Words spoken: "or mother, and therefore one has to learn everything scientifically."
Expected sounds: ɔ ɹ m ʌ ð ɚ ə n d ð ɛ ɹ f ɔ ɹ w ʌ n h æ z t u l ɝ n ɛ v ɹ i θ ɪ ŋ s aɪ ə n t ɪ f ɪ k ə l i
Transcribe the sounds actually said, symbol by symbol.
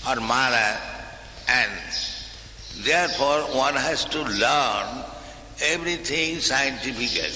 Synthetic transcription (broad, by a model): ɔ ɹ m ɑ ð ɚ ə n d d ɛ ɹ p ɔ ɹ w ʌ n h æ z t u l ɝ n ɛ b ɹ i t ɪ ŋ s aɪ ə n t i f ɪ k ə l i